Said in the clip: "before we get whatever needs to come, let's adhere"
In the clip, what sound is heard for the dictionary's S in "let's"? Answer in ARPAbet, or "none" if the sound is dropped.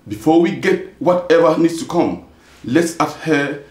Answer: S